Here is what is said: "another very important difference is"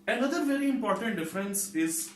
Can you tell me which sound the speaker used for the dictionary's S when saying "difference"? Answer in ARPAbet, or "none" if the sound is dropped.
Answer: S